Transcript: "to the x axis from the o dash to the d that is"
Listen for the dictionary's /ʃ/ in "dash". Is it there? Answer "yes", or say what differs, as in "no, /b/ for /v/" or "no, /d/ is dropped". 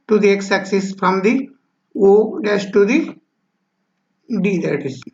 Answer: no, /s/ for /ʃ/